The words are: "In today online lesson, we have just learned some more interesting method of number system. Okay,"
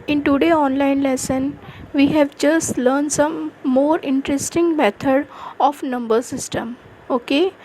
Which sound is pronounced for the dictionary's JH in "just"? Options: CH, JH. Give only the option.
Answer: JH